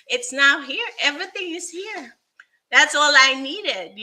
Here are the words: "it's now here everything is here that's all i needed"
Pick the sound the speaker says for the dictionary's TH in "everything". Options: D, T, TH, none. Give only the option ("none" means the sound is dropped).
TH